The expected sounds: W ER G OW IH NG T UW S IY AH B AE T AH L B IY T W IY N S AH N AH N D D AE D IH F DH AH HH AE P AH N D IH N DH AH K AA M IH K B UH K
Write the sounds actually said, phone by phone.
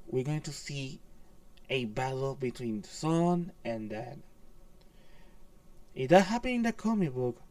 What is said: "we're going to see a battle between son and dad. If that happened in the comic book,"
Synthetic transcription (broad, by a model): W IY G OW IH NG T UW S IY AH B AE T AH L B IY T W IY N S AH N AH N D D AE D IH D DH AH HH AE P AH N IH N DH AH K AA M IH K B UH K